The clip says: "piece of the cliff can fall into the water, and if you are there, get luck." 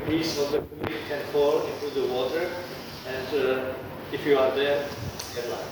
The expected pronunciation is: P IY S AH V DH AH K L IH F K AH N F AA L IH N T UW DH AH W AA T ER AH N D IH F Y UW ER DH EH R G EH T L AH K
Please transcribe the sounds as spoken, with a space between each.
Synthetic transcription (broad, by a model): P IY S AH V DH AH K IY K AH N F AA L IH N T UW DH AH W AA T ER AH N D IH F Y UW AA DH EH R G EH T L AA